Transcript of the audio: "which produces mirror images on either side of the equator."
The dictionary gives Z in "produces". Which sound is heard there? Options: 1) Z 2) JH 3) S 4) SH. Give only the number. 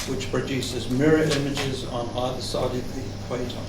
1